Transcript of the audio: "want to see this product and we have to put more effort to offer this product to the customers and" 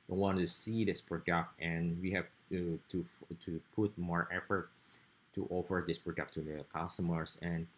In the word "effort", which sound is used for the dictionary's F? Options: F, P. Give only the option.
F